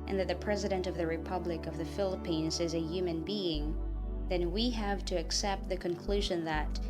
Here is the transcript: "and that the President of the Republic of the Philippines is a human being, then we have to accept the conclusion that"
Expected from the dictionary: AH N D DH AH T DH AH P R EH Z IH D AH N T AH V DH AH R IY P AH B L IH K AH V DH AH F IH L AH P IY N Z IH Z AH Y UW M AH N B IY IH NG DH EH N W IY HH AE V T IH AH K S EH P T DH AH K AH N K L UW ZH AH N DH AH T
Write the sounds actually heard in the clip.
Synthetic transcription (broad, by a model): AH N DH AH T DH AH P R EH Z IH D AH N T AH V DH AH R IY P AH B L IH K AH V DH AH F IH L AH P IY N Z IH Z AH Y UW M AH N B IY IH NG DH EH N W IY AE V T IH AH K S EH P T DH AH K AH N K L UW ZH AH N DH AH T